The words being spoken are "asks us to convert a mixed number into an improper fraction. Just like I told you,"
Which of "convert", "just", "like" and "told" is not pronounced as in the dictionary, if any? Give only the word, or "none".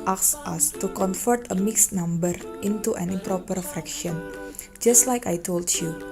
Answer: convert